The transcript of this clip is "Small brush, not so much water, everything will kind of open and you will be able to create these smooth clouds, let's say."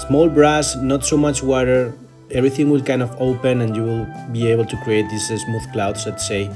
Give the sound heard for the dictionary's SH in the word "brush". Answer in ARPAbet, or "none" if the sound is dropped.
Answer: S